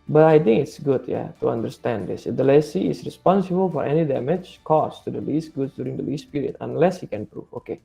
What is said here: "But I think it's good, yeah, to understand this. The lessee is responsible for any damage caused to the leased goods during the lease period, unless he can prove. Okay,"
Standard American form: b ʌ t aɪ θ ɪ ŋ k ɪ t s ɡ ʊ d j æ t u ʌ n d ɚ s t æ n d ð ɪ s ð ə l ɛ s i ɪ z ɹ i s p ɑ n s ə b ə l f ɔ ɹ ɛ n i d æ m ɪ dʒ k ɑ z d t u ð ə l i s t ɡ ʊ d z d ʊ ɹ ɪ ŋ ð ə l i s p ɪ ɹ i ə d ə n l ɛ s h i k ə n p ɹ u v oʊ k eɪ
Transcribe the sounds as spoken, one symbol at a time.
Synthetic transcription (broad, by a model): b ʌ t aɪ t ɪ ŋ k ɪ t s ɡ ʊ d j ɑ t u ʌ n d ɚ s t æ n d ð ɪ s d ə l ɛ s i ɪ s ɹ i s p ɑ n s ə b ə l f ɔ ɹ ɛ n i d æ m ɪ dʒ k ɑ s t u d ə l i s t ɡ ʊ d s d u ɹ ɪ ŋ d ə l i s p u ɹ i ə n ə n l ɛ s h i k ə n p ɹ u f oʊ k eɪ